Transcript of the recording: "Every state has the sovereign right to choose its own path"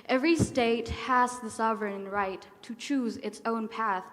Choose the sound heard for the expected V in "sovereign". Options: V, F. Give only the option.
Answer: V